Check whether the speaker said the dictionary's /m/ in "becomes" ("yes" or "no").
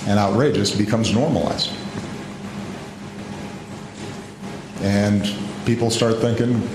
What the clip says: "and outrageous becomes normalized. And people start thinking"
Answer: yes